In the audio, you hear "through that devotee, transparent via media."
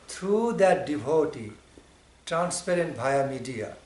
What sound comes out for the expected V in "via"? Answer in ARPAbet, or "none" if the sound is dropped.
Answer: B